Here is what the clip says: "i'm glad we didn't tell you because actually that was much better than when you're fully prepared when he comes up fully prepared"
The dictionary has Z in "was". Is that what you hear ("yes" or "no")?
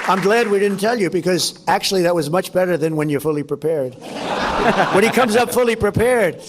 yes